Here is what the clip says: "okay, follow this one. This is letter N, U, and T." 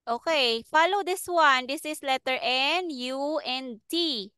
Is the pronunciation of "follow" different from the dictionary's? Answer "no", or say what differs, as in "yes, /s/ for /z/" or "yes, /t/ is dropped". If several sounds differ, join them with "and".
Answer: no